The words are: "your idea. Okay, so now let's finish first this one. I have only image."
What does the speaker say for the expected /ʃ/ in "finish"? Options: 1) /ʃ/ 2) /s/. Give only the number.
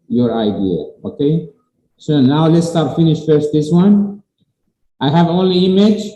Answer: 1